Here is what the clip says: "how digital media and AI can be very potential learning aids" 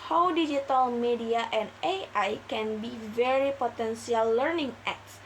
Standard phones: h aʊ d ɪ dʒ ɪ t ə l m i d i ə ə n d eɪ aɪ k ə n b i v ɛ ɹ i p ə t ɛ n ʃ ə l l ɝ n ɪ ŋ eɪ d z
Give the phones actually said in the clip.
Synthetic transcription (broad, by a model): h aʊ d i dʒ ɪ t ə l m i d i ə ə n d eɪ aɪ k ə n b i v ɛ ɹ i p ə t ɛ n s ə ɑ l ɝ n ɪ ŋ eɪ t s